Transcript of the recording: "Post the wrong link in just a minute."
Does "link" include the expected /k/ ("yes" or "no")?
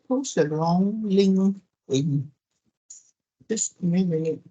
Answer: no